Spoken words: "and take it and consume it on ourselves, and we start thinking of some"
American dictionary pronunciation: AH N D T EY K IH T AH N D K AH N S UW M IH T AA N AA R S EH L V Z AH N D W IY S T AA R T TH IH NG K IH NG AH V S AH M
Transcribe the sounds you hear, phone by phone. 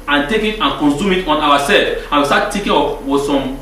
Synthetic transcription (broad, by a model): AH N T EY K IH T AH N K AH N S UW M IH T AA N AA W S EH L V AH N W IY S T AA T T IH K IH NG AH W S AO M